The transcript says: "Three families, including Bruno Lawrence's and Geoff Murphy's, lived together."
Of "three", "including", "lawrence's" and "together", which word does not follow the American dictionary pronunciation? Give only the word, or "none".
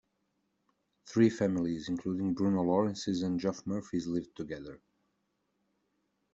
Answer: none